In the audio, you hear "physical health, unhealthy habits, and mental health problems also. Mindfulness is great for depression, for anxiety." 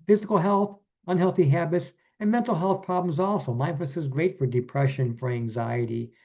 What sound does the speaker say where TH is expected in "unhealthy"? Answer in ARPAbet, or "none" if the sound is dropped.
TH